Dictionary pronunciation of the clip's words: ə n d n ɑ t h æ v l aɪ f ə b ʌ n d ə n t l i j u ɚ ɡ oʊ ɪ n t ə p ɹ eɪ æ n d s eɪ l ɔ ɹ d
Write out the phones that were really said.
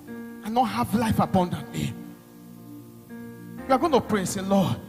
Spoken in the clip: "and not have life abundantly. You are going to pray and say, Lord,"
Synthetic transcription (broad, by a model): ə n n ɑ t h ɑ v l aɪ f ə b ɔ n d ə t n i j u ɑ ɡ oʊ ɪ n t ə p ɹ eɪ s eɪ l ɔ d